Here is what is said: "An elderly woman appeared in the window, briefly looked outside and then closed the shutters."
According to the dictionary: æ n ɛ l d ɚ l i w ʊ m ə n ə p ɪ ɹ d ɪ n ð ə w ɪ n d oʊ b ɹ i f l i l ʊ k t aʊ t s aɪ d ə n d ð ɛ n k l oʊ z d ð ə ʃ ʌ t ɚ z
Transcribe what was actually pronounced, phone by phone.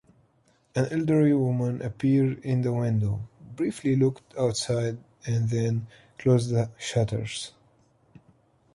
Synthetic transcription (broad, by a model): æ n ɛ l d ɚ i w ʊ m ə n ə p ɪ ɹ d ɪ n ð ə w ɪ n d oʊ b ɹ i f l i l ʊ k t aʊ t s aɪ d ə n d ð ɛ n k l oʊ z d ð ə ʃ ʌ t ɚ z